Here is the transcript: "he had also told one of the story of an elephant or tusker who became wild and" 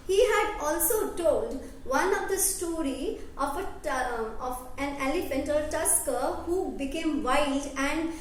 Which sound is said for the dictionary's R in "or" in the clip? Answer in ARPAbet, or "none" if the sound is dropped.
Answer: L